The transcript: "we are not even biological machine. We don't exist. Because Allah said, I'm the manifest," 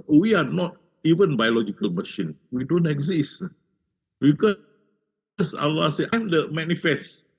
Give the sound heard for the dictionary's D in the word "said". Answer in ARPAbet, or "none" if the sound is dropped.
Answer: none